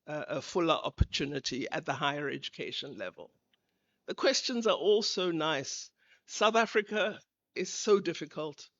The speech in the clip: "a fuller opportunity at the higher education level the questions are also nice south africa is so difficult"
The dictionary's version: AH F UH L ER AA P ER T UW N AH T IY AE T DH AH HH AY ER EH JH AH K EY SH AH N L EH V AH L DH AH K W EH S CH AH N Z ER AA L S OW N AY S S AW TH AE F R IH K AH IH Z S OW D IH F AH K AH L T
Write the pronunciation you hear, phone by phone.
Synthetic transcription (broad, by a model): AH F UH L ER AA P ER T UW N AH T IY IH T DH AH HH AY ER EH JH AH K EY SH AH N L EH V AH L DH AH K W EH S CH AH N Z ER AA L S OW N AY S S AW TH AE F R IH K AH IH Z S OW D IH F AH K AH L T